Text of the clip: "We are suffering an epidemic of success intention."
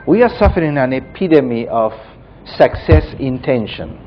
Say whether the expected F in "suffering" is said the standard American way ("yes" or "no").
yes